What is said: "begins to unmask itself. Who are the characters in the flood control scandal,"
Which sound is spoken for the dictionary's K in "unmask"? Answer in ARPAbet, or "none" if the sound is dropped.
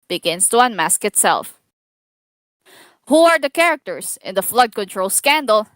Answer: K